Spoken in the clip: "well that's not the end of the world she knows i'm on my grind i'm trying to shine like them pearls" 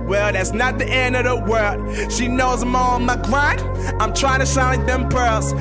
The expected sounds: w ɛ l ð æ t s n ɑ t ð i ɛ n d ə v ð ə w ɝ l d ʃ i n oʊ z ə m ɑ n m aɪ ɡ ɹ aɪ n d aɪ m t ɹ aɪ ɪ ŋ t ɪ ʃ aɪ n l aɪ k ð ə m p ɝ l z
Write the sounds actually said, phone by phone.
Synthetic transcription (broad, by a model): w ɛ l ð æ t s n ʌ t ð i ɛ n d ə v ð ə w ɝ l d ʃ i n oʊ z ə m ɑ l m aɪ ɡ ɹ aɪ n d aɪ m t ɹ aɪ ɪ ŋ t ɪ ʃ aɪ n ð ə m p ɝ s